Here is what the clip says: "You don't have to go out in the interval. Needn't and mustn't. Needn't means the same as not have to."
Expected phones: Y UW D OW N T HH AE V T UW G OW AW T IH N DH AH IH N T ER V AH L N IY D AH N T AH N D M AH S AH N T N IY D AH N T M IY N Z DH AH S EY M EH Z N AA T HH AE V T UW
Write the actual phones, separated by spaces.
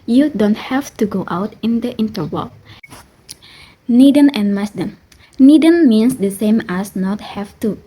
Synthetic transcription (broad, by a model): Y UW D OW N T HH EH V T UW G OW AW T IH N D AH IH N T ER W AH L N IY D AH N AH N M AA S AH N N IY D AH N M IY N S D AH S EY M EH S N AA T HH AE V T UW